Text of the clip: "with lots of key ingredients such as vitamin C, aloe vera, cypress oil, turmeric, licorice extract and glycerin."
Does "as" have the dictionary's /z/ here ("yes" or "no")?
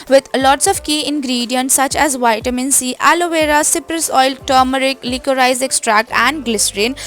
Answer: yes